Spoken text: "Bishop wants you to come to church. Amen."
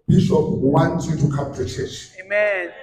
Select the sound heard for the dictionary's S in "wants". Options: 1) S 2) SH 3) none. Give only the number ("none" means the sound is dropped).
3